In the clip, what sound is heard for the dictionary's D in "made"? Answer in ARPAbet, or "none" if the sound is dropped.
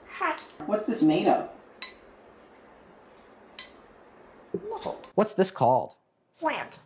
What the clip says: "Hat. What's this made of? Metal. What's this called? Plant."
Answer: D